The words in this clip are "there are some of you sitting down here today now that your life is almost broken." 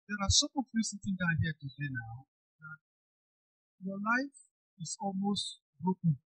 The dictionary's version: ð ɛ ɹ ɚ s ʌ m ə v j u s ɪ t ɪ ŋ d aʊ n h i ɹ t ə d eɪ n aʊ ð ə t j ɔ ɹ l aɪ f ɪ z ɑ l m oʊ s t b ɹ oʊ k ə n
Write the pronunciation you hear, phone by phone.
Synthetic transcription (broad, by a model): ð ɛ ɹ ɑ s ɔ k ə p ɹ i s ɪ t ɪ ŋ d aʊ n h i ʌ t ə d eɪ n aʊ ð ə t j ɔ l aɪ f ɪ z ɑ l m oʊ s t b ɹ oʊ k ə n